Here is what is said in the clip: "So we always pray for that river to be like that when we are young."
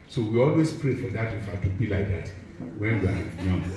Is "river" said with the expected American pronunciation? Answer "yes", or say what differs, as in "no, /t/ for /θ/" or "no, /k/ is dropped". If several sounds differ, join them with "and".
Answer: no, /f/ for /v/